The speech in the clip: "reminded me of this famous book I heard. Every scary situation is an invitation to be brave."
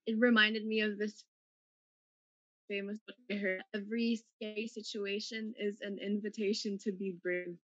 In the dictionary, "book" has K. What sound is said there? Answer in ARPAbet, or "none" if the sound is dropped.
none